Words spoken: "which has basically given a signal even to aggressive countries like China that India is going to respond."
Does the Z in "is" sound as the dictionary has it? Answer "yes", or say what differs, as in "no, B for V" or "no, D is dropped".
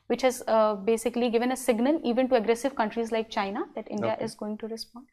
yes